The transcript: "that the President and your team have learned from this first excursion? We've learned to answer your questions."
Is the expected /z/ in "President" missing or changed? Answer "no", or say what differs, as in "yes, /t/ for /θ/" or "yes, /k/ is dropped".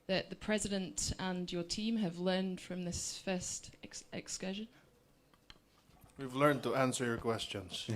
no